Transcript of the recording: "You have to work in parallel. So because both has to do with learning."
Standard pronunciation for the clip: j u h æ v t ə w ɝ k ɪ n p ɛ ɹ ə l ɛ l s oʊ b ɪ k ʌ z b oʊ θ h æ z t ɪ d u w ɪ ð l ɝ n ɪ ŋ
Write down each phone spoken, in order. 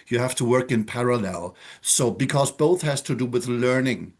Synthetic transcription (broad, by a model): j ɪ h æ f t ə w ɝ k ɪ n p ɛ ɹ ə l ɛ l s oʊ b ɪ k ʌ z b oʊ θ h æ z t ɪ d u w ɪ ð l ɝ n ɪ ŋ